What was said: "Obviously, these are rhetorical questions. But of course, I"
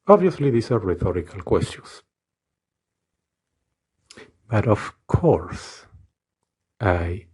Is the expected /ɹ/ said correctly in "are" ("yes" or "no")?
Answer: yes